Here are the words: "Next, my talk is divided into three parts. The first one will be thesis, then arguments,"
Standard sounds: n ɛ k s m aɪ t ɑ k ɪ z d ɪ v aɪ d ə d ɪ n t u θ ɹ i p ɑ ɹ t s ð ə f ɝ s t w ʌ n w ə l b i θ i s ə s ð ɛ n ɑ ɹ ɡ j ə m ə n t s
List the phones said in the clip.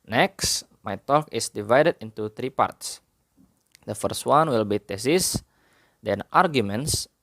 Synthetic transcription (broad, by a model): n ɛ k s m aɪ t ɑ k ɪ s d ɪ v aɪ d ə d ɪ n t u t ɹ i p ɑ ɹ t s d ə f ɝ s t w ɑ n w ə l b i t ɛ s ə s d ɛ n ɑ ɹ ɡ j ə m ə n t s